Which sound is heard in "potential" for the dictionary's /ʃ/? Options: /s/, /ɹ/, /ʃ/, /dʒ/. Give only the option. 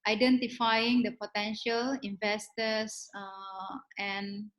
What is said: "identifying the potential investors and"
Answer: /ʃ/